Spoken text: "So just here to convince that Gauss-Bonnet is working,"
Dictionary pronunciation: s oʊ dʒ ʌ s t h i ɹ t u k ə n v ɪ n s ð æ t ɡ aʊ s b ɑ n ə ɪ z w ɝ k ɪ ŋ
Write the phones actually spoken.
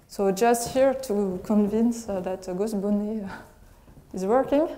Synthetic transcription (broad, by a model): s oʊ dʒ ʌ s t h i ɹ t u k ə n v ɪ n s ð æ t ɡ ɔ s b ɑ n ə ɪ z w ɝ k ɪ ŋ